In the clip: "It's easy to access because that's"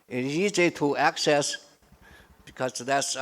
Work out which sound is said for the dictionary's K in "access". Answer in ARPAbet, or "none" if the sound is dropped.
K